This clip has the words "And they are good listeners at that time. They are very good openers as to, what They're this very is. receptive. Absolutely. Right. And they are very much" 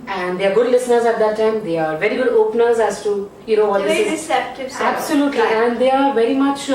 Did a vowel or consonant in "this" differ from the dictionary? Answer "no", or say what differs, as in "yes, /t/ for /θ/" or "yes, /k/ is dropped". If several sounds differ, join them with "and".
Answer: yes, /s/ is dropped